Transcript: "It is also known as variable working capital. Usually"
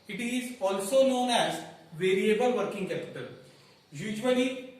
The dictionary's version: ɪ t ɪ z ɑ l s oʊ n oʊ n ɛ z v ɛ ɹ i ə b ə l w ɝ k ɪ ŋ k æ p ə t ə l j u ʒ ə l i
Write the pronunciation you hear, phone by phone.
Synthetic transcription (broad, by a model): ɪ t ɪ z ɑ l s oʊ n oʊ n ɛ z v ɛ ɹ i ə b ə l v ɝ k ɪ ŋ k æ p ə t ə l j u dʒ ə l i